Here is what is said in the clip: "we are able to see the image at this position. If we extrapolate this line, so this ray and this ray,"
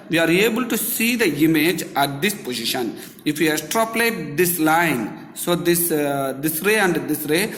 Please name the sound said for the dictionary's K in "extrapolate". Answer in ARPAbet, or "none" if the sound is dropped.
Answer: none